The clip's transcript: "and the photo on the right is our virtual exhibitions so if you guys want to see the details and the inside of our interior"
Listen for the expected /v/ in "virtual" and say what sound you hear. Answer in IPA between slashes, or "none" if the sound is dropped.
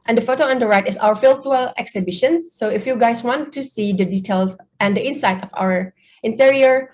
/f/